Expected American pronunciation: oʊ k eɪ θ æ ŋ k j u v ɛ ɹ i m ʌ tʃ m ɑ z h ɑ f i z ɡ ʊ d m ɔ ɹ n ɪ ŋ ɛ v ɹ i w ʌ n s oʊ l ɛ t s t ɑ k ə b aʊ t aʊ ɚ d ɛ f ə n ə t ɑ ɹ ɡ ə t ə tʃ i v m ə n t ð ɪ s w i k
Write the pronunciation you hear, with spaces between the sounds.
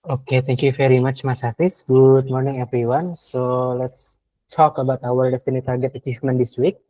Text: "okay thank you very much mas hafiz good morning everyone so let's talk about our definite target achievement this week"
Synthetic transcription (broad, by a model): oʊ k eɪ t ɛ ŋ k j u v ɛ ɹ i m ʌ tʃ m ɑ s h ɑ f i s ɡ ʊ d m ɔ ɹ n ɪ ŋ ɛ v ɹ i w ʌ n s oʊ l ɛ t s t ɑ k ə b aʊ t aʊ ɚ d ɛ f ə n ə t ɑ ɹ ɡ ə t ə tʃ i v m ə n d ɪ s w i k